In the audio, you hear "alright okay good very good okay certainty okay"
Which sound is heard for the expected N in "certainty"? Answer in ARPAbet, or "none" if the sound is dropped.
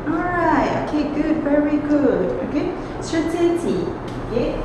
none